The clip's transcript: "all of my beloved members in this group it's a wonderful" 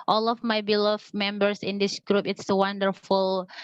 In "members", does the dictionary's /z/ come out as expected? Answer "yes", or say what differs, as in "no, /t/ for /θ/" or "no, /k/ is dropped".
no, /s/ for /z/